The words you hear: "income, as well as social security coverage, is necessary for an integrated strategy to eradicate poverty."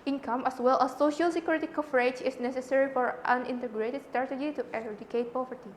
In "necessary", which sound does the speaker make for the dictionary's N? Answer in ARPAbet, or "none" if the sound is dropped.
N